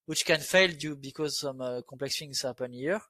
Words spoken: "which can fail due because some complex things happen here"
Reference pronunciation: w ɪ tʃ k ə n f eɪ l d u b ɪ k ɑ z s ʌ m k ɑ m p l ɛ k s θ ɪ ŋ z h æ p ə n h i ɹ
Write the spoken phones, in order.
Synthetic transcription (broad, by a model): w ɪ tʃ k ə n f eɪ l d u b ɪ k ɑ z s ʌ m k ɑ p l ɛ k s f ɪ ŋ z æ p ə n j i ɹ